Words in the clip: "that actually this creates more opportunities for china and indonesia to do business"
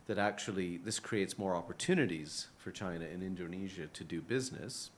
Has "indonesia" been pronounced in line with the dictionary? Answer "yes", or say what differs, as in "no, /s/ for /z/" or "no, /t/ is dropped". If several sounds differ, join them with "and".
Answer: yes